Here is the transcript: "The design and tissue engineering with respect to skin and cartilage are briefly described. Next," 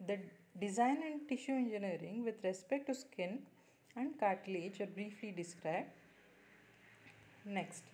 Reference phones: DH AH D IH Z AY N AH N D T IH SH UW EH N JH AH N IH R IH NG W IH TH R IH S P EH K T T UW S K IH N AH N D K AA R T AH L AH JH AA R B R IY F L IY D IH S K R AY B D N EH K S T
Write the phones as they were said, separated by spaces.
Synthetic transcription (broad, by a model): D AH D IH Z AY N AH N D T IH SH UW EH N JH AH N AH R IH NG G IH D R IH S P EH K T T UW S K IH N AH N D K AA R T L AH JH AA R B R IY F L IY D IH S K R AY B D N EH K S T